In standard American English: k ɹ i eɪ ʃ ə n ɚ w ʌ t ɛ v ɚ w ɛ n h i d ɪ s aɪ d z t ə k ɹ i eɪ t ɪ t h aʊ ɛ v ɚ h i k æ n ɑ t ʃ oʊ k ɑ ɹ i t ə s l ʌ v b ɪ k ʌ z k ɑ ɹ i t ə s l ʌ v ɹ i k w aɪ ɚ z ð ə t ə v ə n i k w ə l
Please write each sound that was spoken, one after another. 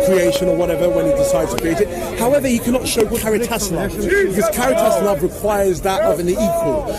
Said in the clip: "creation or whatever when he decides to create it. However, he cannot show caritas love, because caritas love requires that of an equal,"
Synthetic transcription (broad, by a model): k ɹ i eɪ ʃ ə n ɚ w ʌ t ɛ v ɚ w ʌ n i d ɪ s aɪ d z t ə k ɹ i eɪ t ɪ t h aʊ ɛ v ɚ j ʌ k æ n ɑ t ʃ oʊ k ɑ ɹ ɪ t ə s n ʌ b ɪ k ʌ z k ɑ ɹ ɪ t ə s n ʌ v ɹ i k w aɪ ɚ z ð ə t ə v ə n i k w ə l